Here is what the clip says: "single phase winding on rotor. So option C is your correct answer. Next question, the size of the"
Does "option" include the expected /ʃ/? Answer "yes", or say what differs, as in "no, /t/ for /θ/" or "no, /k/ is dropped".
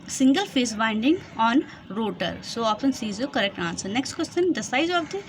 no, /ʃ/ is dropped